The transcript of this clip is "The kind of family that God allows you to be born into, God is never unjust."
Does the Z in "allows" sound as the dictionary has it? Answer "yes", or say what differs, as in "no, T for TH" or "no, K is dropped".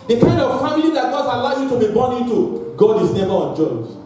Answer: no, Z is dropped